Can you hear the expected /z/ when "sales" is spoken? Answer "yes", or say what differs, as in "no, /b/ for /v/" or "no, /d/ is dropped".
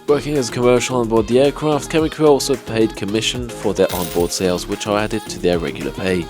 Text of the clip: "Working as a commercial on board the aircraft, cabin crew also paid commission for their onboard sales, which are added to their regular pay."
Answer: yes